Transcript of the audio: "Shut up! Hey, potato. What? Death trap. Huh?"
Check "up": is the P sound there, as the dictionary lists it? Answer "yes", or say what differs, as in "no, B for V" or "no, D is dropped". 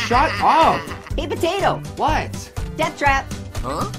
no, F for P